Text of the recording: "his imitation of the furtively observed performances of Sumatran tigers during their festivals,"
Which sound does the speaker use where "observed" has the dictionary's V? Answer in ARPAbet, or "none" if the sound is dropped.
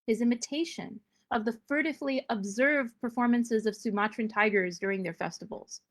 V